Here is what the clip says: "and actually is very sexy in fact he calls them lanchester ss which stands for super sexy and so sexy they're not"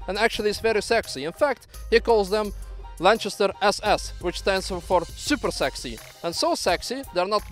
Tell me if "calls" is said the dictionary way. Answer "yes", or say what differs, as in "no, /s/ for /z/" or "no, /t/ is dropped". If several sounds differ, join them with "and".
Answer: yes